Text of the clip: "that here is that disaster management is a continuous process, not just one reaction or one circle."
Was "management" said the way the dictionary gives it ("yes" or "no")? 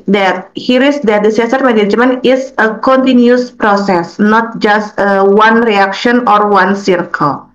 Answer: no